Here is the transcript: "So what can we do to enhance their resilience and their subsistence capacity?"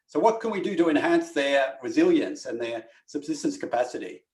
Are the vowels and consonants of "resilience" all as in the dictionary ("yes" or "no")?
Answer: yes